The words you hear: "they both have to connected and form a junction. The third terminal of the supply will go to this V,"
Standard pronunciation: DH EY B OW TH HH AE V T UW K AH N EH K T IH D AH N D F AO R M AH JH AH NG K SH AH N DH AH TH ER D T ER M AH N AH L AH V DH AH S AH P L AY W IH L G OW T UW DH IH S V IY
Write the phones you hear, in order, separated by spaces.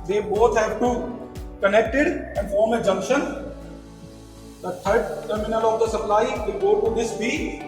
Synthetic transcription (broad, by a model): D EY B OW T HH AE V T UW K AH N EH K T IH D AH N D F AO R M AH JH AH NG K SH AH N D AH T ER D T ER M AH N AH L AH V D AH S AH P L AY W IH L G OW T UW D IH S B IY